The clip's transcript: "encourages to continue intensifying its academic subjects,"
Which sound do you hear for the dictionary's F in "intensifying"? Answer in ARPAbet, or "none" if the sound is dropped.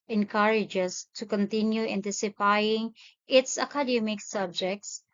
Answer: P